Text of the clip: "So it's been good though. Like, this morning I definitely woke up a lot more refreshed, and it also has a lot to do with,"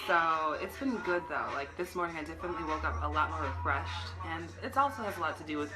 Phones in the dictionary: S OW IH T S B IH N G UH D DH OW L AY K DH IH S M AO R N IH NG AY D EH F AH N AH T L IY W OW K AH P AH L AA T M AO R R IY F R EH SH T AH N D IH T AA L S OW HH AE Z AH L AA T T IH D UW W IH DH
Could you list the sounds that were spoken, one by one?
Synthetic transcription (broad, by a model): S OW IH T S B IH N G UH D DH OW L AY K DH IH S M AO R N IH NG AY D EH F AH N AH T L IY W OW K AH P AH L AA T M AO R R IY F R EH SH T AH N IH T AA L S OW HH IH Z AH L AA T T IH D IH W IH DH